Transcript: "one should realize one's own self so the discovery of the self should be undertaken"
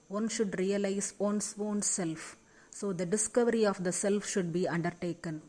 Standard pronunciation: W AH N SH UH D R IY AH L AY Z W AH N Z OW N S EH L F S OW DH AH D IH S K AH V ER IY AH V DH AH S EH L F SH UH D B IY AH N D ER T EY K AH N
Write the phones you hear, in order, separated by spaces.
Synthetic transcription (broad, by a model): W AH N SH UH D R IY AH L AY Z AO N S OW N S EH L F S OW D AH D IH S K AH V ER IY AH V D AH S EH L F SH UH D B IY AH N D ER T EY K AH N